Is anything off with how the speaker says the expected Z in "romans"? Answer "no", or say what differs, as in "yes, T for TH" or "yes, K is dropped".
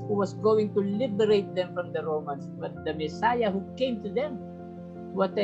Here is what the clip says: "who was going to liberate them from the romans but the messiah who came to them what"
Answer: yes, S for Z